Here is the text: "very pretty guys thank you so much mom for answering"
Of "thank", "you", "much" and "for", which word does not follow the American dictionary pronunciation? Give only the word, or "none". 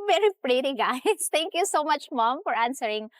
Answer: thank